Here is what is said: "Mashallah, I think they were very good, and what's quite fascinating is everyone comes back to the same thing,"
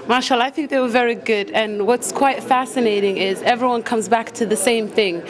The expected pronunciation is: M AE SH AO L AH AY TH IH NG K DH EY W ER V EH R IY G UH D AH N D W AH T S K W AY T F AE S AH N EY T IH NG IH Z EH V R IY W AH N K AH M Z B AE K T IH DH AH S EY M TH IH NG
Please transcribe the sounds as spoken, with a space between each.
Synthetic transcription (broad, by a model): M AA SH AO L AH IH TH IH NG K DH EY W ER V EH R IY G UH D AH N W AH T S K W AY T F AE S AH N EY T IH NG IH Z EH V R IY W AH N K AH M Z B AE K T IH DH AH S EY M TH IH NG